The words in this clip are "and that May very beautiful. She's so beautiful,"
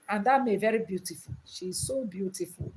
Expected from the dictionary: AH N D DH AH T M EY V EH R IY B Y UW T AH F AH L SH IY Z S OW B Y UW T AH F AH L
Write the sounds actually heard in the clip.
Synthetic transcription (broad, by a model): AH N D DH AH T M EY V EH R IY B Y UW T AH F AH L SH IY Z S OW B Y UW T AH F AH L